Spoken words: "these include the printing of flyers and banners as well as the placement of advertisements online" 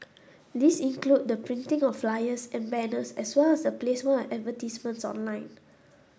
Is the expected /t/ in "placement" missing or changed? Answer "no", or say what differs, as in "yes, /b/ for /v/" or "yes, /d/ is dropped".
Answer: yes, /t/ is dropped